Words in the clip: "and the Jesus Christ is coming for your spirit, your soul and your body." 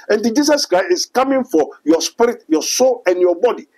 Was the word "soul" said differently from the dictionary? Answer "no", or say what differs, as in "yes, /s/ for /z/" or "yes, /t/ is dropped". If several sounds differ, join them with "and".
no